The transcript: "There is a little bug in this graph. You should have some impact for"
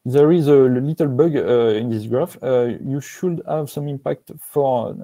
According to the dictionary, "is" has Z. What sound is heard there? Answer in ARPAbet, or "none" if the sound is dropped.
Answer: Z